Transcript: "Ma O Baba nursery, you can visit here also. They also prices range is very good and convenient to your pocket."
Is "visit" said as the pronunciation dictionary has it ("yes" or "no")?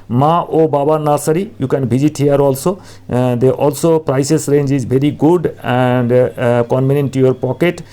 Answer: no